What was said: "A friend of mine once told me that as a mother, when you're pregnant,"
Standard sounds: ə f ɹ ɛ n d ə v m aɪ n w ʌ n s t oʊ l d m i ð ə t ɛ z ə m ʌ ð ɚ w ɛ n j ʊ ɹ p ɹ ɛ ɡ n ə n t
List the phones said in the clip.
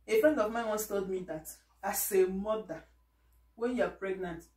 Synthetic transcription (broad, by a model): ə f ɹ ɛ n d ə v m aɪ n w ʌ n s t oʊ l d m i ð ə t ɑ s ə m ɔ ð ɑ w ɛ n j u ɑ p ɹ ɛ ɡ n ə n t